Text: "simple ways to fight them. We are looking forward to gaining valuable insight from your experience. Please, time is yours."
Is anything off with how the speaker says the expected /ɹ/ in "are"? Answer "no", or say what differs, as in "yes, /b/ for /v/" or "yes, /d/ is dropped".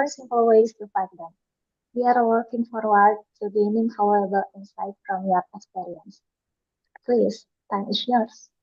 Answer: no